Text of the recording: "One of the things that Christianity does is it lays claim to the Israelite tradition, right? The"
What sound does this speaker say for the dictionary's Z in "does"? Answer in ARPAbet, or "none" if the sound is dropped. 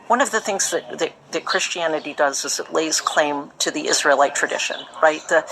Z